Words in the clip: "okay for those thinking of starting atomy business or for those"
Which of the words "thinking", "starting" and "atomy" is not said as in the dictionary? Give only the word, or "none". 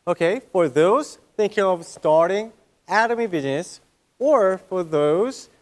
none